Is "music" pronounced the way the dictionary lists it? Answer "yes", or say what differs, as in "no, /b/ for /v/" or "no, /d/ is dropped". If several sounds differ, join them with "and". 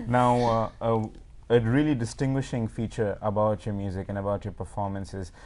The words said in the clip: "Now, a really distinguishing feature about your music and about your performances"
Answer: yes